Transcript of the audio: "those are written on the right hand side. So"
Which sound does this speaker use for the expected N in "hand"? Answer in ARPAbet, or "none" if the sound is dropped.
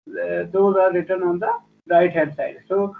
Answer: none